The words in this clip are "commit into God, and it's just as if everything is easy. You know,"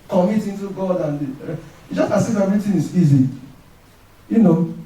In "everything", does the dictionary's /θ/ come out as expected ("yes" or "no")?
no